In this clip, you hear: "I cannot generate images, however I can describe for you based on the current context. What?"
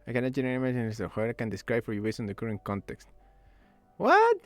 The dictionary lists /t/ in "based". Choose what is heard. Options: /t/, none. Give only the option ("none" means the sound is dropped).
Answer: none